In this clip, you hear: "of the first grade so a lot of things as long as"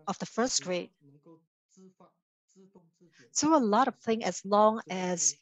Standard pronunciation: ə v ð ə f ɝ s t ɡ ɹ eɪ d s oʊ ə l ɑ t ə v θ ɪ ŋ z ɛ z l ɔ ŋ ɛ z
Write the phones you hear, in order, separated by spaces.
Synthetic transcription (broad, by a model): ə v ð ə f ɝ s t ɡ ɹ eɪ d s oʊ ə l ɑ t ə v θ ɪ ŋ ɛ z l ɔ ŋ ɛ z